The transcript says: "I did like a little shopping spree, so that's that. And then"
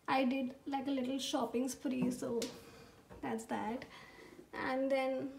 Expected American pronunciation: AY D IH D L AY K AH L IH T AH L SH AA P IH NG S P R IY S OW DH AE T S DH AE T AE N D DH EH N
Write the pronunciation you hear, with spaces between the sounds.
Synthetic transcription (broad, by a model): AY D IH D L AY K AH L IH T AH L SH AA P IH NG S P R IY S OW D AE T S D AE T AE N D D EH N